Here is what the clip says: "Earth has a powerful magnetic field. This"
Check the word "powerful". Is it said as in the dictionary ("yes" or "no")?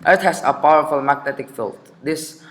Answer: yes